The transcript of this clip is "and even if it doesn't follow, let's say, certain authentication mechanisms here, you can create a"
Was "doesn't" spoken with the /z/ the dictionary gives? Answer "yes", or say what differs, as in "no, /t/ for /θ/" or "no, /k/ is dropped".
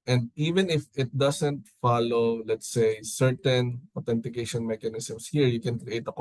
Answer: no, /s/ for /z/